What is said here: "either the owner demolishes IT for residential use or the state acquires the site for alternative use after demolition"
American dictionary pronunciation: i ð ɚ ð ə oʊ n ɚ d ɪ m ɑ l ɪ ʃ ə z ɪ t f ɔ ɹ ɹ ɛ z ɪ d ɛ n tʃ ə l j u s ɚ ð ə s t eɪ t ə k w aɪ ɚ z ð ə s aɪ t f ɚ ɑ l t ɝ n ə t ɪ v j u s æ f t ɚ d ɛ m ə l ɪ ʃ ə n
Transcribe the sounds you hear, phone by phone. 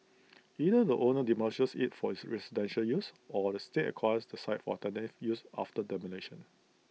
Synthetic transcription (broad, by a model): i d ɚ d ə oʊ n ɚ d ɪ m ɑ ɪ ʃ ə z ɪ t f ɔ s ɹ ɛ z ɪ d ɛ n ʃ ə l j u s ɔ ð ə s t eɪ t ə k w aɪ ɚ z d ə s aɪ t f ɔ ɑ t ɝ n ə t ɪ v j u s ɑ f t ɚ d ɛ m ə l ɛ ʃ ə n